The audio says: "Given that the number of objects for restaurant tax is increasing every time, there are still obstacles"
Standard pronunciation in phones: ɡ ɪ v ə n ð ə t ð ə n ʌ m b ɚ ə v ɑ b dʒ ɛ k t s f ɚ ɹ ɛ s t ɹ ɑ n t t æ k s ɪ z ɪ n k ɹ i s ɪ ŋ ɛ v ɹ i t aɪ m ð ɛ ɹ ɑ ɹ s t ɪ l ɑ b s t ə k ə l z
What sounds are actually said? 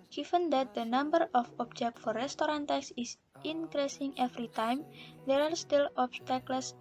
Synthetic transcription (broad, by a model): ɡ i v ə n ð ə t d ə n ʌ m b ɚ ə f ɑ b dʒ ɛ k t f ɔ ɹ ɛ s t ɹ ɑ n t t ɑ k s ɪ s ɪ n k ɹ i s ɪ ŋ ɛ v ɹ i t aɪ m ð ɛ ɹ ɑ ɹ s t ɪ l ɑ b s t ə k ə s